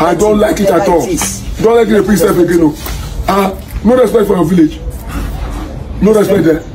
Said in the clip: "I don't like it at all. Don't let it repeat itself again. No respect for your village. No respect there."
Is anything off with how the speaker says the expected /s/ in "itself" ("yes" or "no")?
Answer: yes